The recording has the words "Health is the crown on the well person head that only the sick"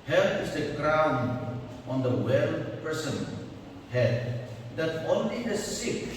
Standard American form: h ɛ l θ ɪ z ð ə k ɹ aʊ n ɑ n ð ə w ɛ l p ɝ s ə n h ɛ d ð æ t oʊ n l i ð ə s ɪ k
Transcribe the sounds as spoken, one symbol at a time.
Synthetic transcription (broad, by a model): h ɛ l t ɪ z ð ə k ɹ aʊ n ɑ n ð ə w ɛ l p ɝ s ə n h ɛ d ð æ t oʊ n l i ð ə s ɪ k